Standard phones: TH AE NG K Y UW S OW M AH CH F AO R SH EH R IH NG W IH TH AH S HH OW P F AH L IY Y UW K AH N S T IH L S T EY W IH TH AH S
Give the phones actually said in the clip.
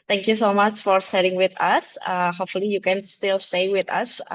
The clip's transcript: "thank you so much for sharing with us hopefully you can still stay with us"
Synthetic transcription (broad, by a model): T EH NG K Y UW S OW M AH CH F AO R S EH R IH NG W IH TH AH S HH OW P F AH L IY Y UW K AH N S T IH L S T EY W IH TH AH S